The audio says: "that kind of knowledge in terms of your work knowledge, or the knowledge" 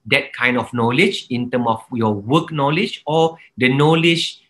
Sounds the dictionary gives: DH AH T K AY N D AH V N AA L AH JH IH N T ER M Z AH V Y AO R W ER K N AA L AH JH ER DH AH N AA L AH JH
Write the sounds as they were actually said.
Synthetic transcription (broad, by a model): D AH T K AY N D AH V N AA L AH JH IH N T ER M AH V Y AO W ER K N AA L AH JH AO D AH N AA L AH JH